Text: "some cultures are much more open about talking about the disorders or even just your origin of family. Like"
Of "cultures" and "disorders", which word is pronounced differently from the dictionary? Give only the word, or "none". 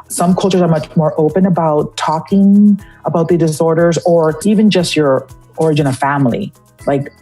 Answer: none